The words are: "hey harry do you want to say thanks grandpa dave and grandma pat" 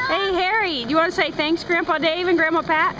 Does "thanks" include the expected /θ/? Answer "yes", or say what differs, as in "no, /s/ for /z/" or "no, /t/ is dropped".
yes